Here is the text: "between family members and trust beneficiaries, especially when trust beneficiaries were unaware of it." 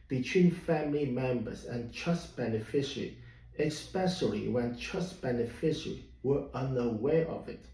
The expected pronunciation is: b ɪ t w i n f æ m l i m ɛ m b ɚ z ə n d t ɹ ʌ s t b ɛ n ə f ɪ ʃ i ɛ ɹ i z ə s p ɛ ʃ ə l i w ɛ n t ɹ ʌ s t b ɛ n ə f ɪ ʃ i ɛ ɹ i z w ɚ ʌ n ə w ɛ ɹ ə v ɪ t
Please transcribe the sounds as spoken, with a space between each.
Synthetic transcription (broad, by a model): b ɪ t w i n f æ m l i m ɛ m b ɚ z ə n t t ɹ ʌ s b ɛ n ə f ɪ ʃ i ɹ i ə s p ɛ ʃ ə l i w ɛ n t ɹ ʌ s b ɛ n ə f ɪ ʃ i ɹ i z w ɚ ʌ n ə w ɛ ɹ ə v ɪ t